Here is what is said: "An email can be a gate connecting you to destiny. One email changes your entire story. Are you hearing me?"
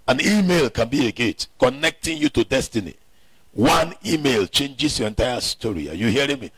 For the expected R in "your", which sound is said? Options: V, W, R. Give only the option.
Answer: R